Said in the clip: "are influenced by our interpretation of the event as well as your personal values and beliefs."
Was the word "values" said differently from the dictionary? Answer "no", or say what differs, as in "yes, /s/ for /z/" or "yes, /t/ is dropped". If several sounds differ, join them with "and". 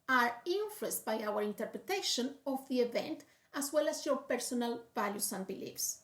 yes, /s/ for /z/